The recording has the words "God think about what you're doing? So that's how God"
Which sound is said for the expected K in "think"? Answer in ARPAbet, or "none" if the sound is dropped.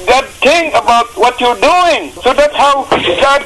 none